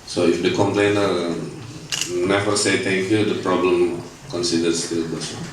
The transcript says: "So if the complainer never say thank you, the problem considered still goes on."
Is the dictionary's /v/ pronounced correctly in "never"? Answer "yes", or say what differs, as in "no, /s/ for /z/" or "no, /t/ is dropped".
no, /f/ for /v/